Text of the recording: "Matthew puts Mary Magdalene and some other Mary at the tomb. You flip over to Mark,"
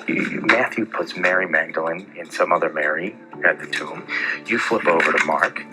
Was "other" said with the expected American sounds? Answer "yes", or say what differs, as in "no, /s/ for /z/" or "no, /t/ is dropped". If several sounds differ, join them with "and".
yes